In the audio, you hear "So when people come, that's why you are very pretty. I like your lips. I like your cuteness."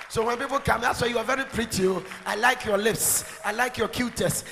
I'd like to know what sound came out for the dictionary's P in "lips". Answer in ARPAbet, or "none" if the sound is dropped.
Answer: P